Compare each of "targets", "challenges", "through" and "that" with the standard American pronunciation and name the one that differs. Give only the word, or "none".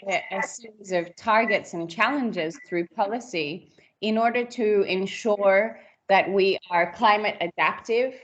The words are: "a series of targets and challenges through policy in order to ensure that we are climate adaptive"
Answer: none